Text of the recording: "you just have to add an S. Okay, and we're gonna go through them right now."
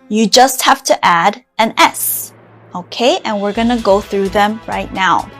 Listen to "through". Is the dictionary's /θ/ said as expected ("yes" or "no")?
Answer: yes